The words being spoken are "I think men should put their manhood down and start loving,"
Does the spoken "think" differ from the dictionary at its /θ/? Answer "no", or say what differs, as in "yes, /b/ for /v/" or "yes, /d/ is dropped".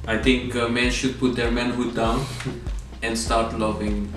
yes, /t/ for /θ/